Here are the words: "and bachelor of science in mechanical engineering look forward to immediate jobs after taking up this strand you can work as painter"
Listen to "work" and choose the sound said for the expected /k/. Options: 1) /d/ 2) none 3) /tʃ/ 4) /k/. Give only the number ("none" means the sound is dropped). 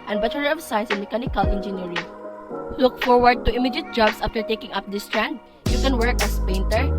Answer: 4